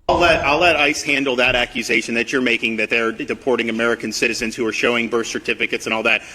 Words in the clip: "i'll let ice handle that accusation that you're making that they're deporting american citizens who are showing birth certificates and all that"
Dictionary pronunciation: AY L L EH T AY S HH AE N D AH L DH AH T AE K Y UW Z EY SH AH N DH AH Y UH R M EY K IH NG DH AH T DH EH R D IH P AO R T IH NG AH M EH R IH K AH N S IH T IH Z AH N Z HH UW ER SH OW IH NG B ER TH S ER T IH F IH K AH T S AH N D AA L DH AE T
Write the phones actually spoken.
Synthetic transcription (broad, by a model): AY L L EH T AY S HH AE N D L DH AH T AE K Y UW Z EY SH AH N DH AH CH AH R M EY K IH NG DH AH T DH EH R D IH P AO R T IH NG AH M EH R IH K AH N S IH T IH Z AH N Z HH UW ER SH OW IH NG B ER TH S ER T IH F IH K AH T S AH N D AA L DH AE T